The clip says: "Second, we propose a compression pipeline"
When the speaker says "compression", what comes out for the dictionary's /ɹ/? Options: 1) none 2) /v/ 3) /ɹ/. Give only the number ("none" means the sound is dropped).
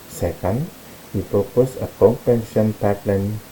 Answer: 1